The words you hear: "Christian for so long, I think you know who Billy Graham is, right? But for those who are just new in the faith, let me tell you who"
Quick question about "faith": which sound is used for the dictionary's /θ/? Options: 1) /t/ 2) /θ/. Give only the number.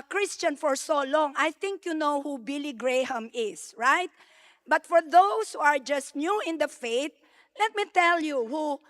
1